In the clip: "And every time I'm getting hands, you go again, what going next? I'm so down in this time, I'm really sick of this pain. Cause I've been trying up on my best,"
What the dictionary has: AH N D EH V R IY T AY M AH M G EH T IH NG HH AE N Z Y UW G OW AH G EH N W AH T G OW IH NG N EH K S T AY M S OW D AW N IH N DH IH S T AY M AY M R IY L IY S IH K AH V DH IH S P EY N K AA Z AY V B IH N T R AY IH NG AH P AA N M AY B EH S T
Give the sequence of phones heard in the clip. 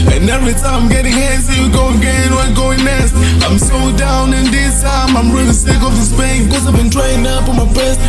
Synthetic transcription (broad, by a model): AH N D EH V R IY T AY M AH M G EH T IH NG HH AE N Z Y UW G OW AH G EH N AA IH G OW IH NG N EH S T AY M S OW D AW N IH N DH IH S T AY M AY M R IY L IY S IH K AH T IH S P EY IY K AA Z AY V B IH N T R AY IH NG AH P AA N M AY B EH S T